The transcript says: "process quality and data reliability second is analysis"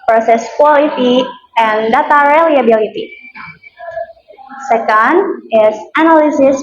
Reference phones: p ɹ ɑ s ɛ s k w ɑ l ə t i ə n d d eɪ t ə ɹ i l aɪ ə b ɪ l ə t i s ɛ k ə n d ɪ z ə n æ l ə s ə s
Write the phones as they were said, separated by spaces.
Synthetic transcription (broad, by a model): p ɹ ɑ s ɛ s k w ɑ l ə t i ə n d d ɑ t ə ɹ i l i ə b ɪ l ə t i s ɛ k ə n d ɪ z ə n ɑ l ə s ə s